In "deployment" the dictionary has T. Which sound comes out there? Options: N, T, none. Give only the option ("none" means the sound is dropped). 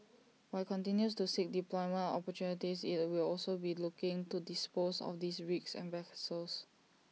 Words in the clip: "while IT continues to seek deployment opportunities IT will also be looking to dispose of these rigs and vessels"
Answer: none